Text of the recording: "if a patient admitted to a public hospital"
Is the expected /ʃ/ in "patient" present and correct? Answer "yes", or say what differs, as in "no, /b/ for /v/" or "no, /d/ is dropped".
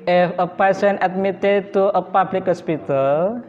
no, /s/ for /ʃ/